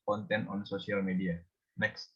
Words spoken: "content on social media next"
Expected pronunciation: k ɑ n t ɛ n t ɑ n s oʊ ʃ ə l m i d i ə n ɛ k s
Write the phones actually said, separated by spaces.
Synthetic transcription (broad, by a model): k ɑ n t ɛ n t ɑ n s oʊ s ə l m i d i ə n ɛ k s